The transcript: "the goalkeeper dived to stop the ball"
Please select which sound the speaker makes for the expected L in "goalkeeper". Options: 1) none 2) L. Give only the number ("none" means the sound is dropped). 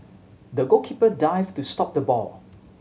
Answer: 1